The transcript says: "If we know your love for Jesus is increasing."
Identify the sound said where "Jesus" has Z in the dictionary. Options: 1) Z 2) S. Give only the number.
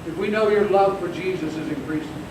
1